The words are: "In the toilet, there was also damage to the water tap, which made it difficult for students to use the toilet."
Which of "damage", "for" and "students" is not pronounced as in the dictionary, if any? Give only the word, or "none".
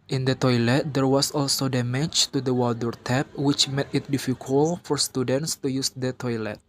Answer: damage